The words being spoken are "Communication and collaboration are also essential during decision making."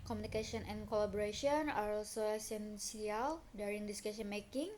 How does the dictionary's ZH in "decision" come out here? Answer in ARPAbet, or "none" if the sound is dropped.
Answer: S